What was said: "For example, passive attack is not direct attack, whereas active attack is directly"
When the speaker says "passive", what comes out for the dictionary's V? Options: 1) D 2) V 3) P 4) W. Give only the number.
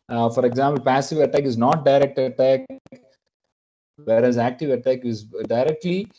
2